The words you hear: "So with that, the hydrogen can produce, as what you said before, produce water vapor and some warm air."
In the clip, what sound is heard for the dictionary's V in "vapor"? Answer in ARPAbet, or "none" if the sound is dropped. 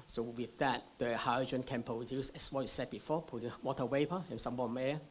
W